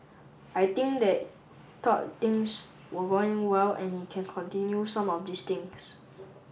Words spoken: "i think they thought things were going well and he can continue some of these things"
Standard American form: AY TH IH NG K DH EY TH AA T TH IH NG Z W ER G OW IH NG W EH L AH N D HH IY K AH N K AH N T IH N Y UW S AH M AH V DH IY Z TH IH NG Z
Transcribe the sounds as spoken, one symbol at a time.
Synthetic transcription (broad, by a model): AY T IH NG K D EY T AA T T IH NG S W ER G OW IH NG W EH L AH N HH IY K AH N K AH N T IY N Y UW S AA M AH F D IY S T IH NG S